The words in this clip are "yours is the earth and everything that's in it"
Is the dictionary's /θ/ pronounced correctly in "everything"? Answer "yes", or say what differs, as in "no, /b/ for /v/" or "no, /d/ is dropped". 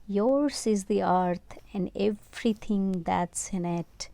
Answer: no, /t/ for /θ/